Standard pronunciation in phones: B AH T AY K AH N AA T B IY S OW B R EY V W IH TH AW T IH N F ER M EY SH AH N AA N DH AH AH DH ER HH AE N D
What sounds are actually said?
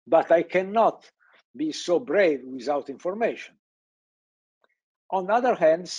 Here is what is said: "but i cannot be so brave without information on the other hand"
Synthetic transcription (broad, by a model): B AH T AY K AH N AA T B IY S OW B R EY V W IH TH AW T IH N F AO M EY SH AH N AA N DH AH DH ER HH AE N D